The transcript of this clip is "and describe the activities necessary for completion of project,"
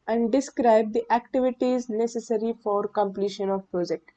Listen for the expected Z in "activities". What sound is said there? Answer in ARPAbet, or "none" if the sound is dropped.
Z